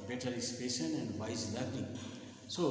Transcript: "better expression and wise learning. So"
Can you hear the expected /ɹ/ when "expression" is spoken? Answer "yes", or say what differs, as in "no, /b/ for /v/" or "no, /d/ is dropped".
no, /ɹ/ is dropped